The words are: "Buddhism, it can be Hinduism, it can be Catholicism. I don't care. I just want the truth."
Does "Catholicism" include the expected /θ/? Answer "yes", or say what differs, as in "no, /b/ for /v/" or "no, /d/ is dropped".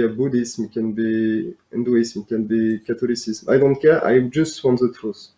no, /t/ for /θ/